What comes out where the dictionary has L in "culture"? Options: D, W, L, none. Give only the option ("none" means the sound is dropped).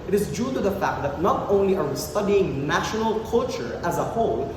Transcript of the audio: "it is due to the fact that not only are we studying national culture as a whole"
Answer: L